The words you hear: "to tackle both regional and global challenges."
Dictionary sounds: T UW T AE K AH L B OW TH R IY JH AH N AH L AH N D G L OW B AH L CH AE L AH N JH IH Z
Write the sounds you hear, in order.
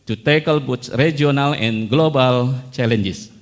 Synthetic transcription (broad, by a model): T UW T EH K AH L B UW S R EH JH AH N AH L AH N G L OW B AH L CH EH L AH N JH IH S